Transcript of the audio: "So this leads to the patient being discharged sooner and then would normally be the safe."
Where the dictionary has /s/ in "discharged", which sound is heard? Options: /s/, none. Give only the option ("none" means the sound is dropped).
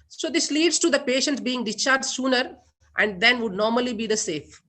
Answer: none